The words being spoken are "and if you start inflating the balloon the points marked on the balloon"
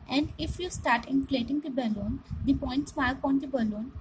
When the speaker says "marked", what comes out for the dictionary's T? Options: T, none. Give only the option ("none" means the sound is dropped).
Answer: none